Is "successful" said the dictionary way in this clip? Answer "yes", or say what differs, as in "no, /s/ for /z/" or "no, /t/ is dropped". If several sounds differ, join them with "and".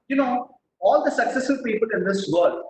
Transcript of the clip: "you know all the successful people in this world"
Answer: no, /f/ is dropped